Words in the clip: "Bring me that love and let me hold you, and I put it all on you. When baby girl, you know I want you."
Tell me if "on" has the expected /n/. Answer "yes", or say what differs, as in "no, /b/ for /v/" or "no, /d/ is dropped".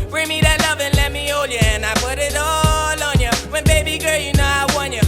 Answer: yes